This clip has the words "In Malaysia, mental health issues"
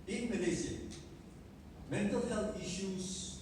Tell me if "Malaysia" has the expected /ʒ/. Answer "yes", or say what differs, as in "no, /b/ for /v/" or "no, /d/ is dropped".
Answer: no, /z/ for /ʒ/